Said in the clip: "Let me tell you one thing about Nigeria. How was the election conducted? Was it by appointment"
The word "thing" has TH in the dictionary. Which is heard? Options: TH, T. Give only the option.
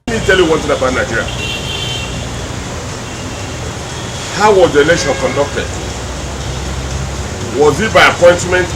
T